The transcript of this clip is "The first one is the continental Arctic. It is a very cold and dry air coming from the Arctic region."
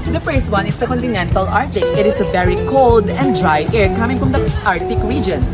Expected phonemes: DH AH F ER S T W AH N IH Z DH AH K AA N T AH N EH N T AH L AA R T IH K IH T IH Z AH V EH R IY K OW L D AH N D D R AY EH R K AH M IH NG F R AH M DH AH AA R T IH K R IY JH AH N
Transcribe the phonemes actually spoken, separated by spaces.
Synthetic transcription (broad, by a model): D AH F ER S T W AH N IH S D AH K AA N T AH N EH N T AH L AA R T IH K IH T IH S AH V EH R IY K OW L D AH N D D R AY EH R K AH M IH NG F R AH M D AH AA R T IH K R IY JH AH N